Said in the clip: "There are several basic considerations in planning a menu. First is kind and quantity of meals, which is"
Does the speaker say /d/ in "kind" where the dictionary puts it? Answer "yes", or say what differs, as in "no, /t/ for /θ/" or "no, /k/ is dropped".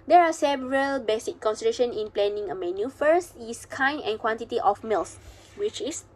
no, /d/ is dropped